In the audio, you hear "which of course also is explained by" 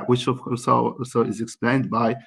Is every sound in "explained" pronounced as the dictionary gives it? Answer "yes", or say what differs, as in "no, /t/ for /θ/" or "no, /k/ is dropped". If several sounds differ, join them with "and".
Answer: yes